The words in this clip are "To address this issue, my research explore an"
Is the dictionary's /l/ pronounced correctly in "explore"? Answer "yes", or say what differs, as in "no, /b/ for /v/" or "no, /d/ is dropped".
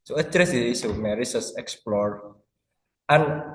yes